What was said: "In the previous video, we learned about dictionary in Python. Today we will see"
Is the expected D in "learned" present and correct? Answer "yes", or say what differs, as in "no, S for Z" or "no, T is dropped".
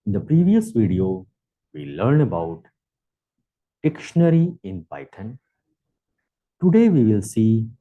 no, D is dropped